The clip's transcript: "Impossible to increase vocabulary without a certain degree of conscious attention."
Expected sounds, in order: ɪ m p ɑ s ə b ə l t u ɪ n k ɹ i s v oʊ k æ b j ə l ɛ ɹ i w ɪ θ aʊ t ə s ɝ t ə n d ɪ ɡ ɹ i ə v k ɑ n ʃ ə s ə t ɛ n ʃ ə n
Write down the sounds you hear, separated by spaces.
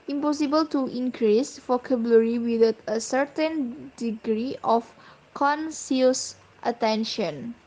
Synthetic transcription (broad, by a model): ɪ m p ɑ s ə b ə l t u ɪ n k ɹ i s f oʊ k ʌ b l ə ɹ i w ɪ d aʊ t ə s ɝ t ə n d ɪ ɡ ɹ i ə f k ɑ n s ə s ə t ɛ n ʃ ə n